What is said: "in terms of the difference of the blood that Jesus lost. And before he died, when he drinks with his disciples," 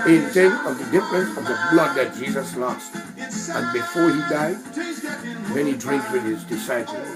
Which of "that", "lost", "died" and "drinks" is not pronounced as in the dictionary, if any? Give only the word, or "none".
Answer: drinks